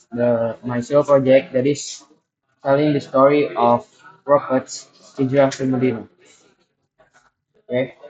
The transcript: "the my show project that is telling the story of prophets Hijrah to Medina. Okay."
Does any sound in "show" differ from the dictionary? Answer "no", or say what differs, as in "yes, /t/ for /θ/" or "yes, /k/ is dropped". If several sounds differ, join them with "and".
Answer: yes, /s/ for /ʃ/